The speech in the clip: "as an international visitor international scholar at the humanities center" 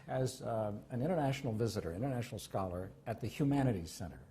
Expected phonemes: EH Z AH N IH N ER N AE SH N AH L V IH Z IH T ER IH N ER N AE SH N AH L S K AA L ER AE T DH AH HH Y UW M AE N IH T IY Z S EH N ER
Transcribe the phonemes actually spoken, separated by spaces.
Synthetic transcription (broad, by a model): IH Z AH N IH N ER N AE SH N L V IH Z IH T ER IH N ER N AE SH N L S K AA L ER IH T DH AH HH Y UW M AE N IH T IY S EH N ER